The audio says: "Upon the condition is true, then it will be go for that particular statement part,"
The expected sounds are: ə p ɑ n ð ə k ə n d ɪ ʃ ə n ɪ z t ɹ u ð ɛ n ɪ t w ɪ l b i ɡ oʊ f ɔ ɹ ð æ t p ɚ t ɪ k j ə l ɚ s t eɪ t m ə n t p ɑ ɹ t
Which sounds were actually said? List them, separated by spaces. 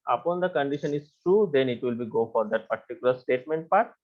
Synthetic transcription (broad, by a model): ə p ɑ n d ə k ə n d ɪ ʃ ə n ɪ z t ɹ u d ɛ n ɪ t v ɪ l b i ɡ oʊ f ɔ ɹ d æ t p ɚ t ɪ k j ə l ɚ s t eɪ t m ə n t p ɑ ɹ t